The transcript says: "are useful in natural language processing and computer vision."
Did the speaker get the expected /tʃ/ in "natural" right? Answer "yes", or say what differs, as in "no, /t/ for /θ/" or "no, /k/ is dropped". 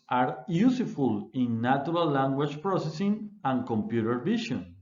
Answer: no, /tʃ/ is dropped